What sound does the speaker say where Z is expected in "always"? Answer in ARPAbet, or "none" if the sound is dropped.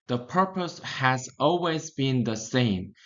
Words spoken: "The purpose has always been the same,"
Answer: Z